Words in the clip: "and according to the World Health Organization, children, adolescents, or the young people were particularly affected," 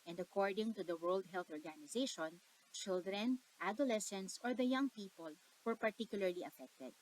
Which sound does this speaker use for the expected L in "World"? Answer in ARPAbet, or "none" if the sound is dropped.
L